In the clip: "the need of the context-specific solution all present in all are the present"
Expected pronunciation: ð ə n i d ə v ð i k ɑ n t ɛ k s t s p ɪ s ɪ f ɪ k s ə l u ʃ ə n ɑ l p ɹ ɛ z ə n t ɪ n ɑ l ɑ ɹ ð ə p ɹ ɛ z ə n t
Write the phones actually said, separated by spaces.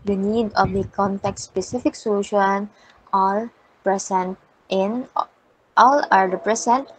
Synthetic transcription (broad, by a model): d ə n i d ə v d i k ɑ n t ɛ k t s p ɪ s ɪ f ɪ k s ə l u ʃ ə n ɑ l p ɹ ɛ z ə n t ɪ n ɑ l ɑ ɹ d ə p ɹ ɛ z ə n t